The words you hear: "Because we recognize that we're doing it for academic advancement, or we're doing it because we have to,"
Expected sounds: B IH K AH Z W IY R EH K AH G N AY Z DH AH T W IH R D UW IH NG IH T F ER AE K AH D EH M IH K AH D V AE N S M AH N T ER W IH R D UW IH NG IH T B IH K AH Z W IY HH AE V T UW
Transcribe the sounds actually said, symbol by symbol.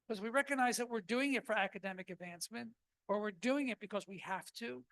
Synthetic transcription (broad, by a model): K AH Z W IY R EH K AH G N AY Z DH AH T W IH R D UW IH NG IH T F ER AE K AH D EH M IH K AH D V AE N S M AH N T ER W IH R D UW IH NG IH T B IH K AH Z W IY HH AE F T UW